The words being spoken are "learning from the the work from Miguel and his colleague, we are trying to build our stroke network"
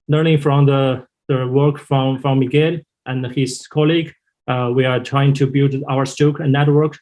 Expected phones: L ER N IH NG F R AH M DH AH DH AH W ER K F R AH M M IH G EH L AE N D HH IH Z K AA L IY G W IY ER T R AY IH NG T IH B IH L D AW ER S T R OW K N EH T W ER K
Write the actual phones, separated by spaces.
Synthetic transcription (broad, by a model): L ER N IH NG F R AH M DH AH DH AH W ER K F R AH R M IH G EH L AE N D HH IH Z K AA L IY G W IY ER T R AY IH NG T IH B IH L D AW ER S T OW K N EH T W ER K